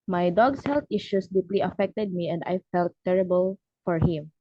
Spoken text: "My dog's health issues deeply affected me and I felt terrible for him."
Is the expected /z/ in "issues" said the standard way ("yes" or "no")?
no